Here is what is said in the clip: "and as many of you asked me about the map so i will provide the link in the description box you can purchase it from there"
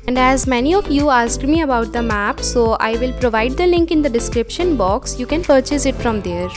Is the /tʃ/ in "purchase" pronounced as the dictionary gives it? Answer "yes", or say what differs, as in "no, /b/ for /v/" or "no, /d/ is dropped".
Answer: yes